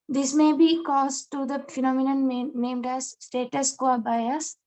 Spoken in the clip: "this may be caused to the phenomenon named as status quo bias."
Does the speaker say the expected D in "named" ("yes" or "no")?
yes